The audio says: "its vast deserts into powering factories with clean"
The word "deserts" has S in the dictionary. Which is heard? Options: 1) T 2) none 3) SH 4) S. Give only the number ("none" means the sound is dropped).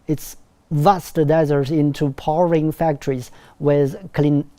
2